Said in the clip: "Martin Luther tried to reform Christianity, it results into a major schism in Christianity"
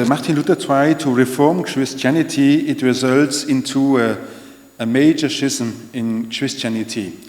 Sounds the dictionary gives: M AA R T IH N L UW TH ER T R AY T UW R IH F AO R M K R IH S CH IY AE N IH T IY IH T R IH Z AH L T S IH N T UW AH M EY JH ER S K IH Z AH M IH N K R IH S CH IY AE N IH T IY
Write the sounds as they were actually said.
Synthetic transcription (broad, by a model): M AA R T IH N L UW T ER T R AY T UW R IH F AO R M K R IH S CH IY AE N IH T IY IH T R IH Z AH L T S IH N T UW AH M EY JH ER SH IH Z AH M IH N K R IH S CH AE N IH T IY